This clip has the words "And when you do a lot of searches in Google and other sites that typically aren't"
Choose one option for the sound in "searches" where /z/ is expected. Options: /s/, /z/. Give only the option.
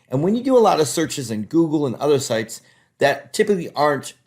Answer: /z/